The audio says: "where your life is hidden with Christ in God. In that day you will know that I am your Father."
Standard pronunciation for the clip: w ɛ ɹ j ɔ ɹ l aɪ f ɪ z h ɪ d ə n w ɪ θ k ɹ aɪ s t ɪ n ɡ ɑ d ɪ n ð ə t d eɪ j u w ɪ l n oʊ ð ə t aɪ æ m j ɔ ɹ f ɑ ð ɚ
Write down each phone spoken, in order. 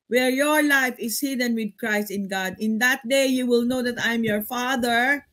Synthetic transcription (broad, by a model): w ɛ ɹ j ɔ ɹ l aɪ f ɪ s h ɪ d ə n w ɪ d k ɹ aɪ s t ɪ n ɡ ɑ d ɪ n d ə t d eɪ j u w ɪ l n oʊ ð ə t aɪ m j ɔ ɹ f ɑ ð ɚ